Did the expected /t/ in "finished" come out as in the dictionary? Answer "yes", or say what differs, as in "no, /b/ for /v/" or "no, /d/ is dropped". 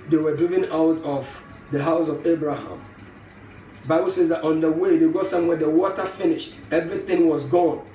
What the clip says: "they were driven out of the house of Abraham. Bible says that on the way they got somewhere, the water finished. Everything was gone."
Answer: yes